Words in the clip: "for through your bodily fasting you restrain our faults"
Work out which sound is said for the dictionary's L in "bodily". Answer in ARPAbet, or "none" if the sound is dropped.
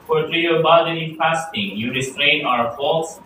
N